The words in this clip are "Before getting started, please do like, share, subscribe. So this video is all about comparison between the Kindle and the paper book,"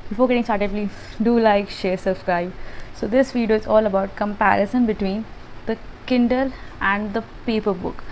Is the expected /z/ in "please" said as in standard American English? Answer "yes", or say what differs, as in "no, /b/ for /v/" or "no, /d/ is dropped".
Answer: no, /z/ is dropped